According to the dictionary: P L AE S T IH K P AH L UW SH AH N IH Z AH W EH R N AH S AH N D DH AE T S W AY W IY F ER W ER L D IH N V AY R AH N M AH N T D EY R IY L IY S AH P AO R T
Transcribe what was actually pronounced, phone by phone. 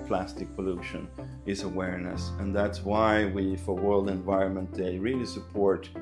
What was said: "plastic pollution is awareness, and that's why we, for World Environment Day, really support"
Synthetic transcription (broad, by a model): P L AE S T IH K P AH L UW SH AH N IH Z AH W EH R N AH S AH N DH AE T S W AY W IY F ER W ER L D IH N V AY R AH N M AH N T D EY R IY L IY S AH P AO R T